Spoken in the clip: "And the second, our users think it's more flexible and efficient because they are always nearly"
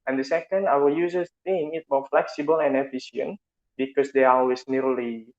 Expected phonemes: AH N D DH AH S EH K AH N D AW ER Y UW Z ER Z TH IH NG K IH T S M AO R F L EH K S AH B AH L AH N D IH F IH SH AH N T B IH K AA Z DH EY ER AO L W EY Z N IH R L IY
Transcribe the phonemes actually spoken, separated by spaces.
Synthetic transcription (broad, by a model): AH N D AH S EH K AH N D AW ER Y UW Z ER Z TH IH NG IH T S M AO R F L EH K S AH B AH L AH N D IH F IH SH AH N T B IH K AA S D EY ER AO L W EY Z N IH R L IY